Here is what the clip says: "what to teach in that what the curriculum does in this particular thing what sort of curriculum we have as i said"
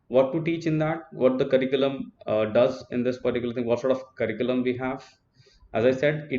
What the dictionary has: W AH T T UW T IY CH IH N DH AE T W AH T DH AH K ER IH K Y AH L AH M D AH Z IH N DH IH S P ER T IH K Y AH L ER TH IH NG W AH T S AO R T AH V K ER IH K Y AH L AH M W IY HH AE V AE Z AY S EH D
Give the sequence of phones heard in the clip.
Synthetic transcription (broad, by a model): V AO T T UW T IY CH IH N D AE T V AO T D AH K ER IH K Y AH L AH M D AH Z IH N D IH S P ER T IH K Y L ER T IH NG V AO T S AO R T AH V K ER IH K Y AH L AH M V IY HH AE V AE Z AY S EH D